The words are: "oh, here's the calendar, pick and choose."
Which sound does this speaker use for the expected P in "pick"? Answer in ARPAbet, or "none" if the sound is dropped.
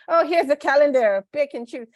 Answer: B